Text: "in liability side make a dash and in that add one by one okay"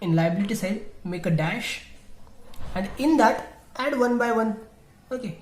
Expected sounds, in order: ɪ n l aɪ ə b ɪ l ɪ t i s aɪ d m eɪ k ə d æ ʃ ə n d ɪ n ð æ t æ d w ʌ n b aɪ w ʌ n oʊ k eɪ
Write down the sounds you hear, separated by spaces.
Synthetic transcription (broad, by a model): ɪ n l aɪ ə b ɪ l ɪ t i s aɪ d m eɪ k ə d æ ʃ ə n d ɪ n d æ t æ d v ʌ n b aɪ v ʌ n oʊ k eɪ